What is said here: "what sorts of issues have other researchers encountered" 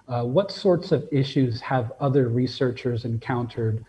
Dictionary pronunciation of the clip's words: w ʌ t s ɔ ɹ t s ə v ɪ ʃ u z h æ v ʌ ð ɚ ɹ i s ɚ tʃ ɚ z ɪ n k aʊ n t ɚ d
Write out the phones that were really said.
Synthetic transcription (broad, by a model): w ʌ t s ɔ ɹ t s ə v ɪ ʃ u z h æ v ʌ ð ɚ ɹ i s ɚ tʃ ɚ z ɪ n k aʊ n t ɚ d